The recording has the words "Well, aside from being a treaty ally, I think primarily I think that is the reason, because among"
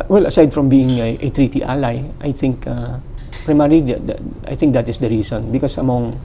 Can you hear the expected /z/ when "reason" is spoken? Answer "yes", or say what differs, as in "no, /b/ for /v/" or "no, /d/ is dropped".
no, /s/ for /z/